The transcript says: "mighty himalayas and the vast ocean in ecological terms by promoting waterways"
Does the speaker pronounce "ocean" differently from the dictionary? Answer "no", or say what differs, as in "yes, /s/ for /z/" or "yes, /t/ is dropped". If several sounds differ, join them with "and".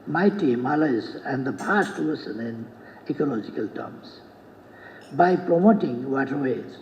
yes, /s/ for /ʃ/